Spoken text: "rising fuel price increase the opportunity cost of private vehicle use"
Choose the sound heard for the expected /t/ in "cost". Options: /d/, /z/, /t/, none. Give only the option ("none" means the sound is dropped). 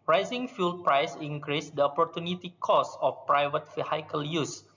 none